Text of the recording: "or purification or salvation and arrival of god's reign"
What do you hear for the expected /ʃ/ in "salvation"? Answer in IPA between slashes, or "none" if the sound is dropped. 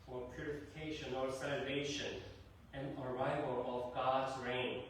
/ʃ/